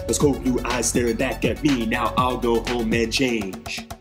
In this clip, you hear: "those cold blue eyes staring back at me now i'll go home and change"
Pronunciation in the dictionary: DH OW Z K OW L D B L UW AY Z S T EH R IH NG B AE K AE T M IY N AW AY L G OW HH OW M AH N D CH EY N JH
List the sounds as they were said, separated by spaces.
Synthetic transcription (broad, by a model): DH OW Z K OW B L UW AY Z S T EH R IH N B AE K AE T M IY N AW AY L G OW HH OW M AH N CH EY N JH